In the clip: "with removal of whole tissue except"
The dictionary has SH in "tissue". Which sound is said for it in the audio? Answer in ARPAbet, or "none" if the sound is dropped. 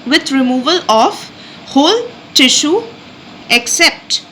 SH